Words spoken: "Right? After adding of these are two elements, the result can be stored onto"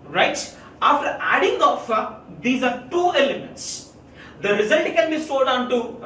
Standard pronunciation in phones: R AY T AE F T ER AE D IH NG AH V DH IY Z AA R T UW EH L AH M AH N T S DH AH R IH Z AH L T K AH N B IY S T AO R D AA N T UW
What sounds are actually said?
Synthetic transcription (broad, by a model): R AY T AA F T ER AE D IH NG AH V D IY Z AA R T UW EH L AH M AH N T S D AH R IH Z AH L T K AH N B IY S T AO L D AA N T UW